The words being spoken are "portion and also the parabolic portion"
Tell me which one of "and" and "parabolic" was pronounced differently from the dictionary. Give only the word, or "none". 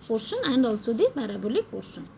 parabolic